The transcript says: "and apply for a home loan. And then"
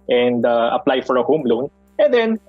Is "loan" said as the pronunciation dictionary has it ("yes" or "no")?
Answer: yes